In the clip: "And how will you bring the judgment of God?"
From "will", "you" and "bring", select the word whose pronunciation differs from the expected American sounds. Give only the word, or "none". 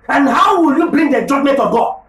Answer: bring